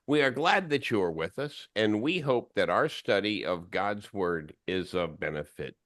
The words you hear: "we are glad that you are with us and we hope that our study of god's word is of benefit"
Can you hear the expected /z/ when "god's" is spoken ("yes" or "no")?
yes